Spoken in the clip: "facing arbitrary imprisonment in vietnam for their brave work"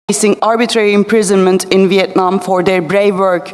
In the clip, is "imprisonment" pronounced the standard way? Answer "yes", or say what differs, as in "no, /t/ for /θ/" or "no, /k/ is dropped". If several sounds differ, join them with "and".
yes